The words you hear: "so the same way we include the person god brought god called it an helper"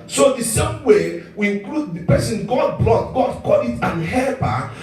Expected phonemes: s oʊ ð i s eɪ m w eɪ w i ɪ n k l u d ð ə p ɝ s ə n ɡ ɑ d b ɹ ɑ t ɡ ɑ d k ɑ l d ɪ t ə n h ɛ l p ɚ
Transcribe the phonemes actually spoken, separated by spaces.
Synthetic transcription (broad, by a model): s oʊ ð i s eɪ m w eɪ w i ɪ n k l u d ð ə p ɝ s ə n ɡ ɑ d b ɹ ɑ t ɡ ɑ d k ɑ d ɪ t ə n h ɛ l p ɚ